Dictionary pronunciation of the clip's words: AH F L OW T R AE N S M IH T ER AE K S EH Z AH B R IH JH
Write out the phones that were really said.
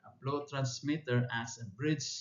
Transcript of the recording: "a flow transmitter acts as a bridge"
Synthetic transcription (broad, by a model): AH P L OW T R AE N S M IH T ER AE S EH AH B R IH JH